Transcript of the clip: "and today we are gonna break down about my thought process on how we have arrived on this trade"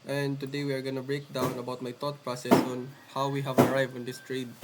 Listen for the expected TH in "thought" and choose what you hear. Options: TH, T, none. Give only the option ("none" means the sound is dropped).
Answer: T